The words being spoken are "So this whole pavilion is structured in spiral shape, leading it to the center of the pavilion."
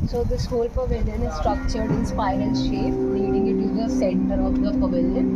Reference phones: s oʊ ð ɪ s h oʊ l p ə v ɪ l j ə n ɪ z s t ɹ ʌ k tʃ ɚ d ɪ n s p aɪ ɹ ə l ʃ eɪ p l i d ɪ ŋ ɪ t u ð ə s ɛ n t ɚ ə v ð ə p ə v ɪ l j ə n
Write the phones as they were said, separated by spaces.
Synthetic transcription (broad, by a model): s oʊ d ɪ s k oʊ l p ə v ɪ l j ə n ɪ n s t ɹ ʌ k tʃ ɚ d ɪ n s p aɪ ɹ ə n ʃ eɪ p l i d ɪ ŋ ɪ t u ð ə s ɛ n t ɚ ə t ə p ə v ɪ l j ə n